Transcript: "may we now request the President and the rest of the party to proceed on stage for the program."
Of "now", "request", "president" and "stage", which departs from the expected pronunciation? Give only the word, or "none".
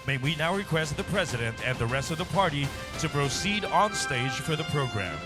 none